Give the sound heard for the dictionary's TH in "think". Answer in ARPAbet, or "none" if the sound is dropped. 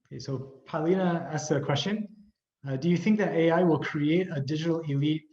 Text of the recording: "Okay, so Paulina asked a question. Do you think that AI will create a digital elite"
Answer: TH